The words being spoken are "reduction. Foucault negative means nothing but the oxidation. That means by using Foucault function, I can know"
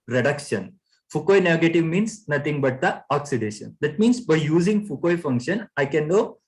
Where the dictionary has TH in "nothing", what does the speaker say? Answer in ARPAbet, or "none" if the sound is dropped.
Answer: T